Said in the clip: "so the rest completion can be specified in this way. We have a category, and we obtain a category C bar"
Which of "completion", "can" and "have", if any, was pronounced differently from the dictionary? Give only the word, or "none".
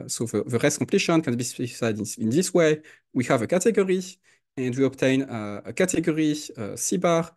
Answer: none